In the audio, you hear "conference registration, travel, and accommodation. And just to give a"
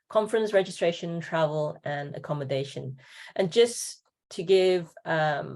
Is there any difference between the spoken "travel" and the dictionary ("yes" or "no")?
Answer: no